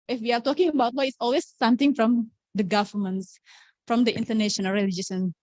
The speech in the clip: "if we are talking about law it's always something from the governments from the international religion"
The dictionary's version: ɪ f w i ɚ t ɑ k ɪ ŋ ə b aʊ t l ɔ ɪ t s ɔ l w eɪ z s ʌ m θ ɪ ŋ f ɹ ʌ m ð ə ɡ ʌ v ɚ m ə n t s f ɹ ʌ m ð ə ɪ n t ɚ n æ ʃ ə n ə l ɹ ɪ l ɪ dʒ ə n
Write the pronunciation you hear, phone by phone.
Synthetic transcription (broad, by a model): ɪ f w i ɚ t ɑ k ɪ ŋ ə b aʊ t w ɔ ɪ t s ɔ l w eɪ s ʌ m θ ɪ ŋ f ɹ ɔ m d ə ɡ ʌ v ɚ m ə n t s f ɹ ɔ m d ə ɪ n t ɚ n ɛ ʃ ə n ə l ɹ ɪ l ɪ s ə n